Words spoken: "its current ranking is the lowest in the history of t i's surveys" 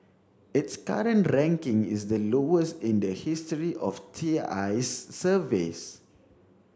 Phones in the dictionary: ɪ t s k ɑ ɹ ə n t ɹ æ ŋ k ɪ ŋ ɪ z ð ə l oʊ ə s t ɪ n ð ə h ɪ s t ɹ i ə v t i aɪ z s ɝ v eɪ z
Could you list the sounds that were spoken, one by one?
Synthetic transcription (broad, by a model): ɪ t s k ɑ ɹ ə n t ɹ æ ŋ k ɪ ŋ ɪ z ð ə l oʊ ə s t ɪ n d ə h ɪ s t ɹ i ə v t i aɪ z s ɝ v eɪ s